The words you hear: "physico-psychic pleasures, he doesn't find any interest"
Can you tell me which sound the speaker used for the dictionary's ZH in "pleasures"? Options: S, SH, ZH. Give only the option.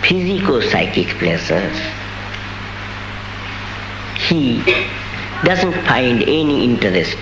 S